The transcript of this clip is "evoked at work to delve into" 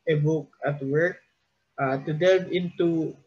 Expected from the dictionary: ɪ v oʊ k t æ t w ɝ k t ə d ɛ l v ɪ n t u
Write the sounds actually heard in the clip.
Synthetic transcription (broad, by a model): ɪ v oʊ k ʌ t w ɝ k t ə d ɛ v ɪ n t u